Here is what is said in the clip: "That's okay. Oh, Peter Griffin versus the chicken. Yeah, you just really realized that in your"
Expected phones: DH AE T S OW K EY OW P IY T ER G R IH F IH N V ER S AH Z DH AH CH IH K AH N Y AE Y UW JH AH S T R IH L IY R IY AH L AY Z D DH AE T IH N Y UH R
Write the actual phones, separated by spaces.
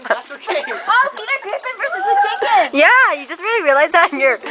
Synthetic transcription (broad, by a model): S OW UH P IY T ER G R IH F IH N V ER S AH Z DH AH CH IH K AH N Y AE Y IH JH AH S T R IH L IY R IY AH L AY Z DH AE T N Y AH R